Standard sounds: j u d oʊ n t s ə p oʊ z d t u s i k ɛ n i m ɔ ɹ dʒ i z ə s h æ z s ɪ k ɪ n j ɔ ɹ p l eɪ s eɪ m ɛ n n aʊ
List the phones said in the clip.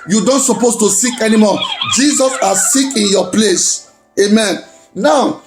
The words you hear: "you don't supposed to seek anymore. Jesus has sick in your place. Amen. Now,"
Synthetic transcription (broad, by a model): j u d oʊ n t s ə p oʊ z t u s i k ɛ n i m ɔ dʒ i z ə s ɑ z s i k ɪ n j ɔ p l eɪ s eɪ m ɛ n n aʊ